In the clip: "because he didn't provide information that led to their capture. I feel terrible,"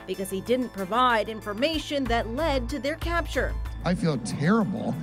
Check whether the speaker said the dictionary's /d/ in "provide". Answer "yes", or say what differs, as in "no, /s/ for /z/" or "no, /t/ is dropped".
yes